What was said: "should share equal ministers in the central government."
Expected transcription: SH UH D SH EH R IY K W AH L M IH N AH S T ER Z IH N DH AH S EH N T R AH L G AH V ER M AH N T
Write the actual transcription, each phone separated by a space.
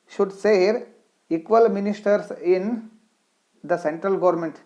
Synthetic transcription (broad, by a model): SH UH D S EH R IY K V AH L M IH N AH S T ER S IH N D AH S EH N T R AH L G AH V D M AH N T